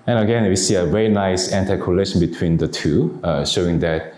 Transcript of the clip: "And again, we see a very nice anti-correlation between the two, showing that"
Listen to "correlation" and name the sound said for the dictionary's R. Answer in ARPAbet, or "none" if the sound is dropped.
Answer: L